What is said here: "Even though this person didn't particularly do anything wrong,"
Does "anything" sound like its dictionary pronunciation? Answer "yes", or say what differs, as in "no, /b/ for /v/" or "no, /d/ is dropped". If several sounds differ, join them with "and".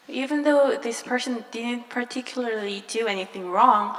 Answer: yes